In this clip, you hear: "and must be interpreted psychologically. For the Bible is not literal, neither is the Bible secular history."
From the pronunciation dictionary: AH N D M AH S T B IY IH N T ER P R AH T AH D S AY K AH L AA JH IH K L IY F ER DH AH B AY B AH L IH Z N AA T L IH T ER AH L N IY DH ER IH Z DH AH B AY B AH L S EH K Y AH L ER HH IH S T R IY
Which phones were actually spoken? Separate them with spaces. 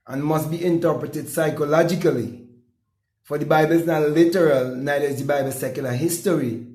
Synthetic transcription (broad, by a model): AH N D M AH S T B IY IH N T ER P R AH T AH D S AY K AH L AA JH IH K L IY F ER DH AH B AY B AH L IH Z N AA T L IH T ER AH L N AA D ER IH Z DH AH B AY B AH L S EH K Y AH L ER HH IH S T R IY